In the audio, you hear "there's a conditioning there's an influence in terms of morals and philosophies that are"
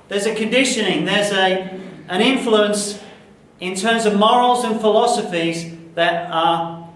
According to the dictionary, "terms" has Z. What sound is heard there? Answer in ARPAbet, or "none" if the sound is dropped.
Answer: Z